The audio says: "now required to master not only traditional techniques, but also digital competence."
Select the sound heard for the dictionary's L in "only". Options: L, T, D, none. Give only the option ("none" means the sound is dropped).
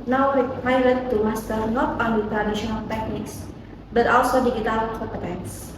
none